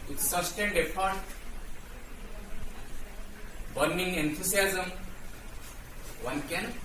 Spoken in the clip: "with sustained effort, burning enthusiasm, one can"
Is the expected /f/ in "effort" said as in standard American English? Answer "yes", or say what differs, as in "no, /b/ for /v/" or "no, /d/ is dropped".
no, /p/ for /f/